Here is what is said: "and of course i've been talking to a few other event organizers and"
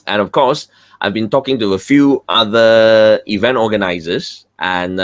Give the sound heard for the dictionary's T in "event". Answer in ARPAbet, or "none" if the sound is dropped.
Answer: T